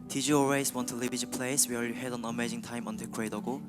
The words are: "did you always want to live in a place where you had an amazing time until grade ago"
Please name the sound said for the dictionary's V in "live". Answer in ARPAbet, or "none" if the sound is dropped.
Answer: B